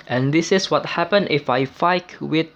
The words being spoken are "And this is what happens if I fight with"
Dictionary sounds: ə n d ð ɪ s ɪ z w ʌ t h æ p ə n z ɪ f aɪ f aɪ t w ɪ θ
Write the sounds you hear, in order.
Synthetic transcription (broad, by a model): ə n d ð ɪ s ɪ s w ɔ t h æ p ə n ɪ f aɪ f aɪ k w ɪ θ